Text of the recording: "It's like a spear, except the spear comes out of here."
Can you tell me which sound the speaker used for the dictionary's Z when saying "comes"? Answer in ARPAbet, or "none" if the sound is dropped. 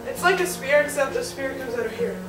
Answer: Z